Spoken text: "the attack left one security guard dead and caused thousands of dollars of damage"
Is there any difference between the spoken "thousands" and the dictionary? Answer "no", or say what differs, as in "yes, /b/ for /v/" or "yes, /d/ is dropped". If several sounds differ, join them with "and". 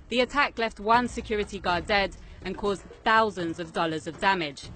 no